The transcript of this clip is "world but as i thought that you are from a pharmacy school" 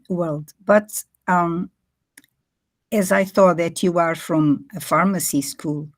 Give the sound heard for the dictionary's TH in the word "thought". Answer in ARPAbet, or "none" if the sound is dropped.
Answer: TH